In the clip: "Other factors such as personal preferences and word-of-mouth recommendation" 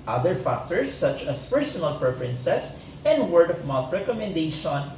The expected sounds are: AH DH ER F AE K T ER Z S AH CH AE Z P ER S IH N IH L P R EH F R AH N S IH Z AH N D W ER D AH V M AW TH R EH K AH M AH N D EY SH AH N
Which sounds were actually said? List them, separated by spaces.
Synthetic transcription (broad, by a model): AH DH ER F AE K T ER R S AH CH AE S P ER S IH N IH L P R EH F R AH N S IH S AH N D W ER D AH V M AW T R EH K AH M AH N D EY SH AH N